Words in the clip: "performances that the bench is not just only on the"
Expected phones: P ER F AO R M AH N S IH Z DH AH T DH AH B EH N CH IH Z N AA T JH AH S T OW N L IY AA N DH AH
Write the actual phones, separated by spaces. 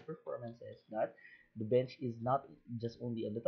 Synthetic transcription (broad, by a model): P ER F AO R M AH N S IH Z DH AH T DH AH B EH N CH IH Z N AA T JH AH S T OW N L IY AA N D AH